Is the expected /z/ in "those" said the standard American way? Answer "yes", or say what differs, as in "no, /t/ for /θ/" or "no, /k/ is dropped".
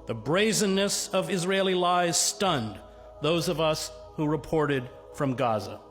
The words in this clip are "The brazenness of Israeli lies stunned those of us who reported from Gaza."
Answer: yes